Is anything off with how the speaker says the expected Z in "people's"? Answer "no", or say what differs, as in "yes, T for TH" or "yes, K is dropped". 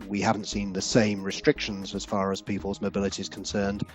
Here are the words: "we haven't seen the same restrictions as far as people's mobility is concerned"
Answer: no